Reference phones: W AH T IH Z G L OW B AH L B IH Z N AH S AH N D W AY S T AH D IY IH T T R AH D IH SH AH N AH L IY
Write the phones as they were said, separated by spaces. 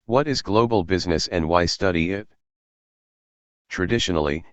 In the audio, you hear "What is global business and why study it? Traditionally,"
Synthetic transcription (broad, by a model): W AH T IH Z G L OW B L B IH Z N AH S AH N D W AY S T AH D IY IH T T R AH D IH SH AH N L IY